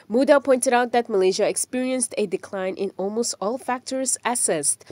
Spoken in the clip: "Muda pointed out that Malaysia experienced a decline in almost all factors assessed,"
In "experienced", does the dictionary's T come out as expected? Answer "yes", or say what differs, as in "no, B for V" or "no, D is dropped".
yes